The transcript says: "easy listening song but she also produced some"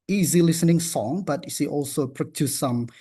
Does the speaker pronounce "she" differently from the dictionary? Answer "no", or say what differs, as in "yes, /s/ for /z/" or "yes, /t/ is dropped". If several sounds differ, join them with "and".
yes, /s/ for /ʃ/